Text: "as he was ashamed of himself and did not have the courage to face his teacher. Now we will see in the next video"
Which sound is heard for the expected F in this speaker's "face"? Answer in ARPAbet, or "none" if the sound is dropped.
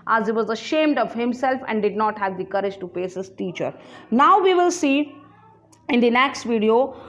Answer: P